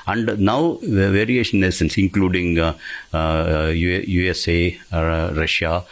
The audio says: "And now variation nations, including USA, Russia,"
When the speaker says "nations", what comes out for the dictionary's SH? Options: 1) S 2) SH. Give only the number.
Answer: 1